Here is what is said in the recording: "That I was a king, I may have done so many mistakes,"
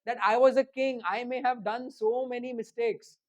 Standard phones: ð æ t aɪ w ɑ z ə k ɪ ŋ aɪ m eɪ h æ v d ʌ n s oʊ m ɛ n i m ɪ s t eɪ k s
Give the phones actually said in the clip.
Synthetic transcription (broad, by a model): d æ t aɪ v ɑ z ə k ɪ ŋ aɪ m eɪ h æ v d ʌ n s oʊ m ɛ n i m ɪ s t eɪ k s